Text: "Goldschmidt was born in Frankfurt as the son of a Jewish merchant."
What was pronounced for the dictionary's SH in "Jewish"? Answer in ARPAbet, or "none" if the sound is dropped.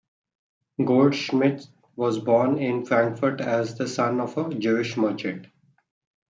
SH